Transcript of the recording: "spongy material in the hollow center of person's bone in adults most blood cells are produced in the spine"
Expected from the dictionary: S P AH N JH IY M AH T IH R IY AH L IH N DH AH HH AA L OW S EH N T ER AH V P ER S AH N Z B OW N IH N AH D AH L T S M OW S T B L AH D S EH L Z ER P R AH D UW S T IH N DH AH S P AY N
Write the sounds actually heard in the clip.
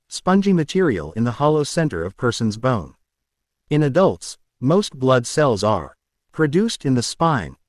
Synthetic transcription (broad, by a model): S P AH N JH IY M AH T IH R IY AH L IH N DH AH HH AA L OW S EH N T ER AH V P ER S AH N Z B OW N IH N AH D AH L T S M OW S T B L AH D S EH L Z ER P R AH D UW S T IH N DH AH S P AY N